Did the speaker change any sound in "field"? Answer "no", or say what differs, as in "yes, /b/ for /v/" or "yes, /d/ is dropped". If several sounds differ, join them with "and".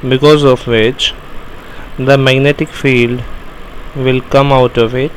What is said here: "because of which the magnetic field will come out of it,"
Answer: no